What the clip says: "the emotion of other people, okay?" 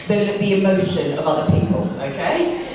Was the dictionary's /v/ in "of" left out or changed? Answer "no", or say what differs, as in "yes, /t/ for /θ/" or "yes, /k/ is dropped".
no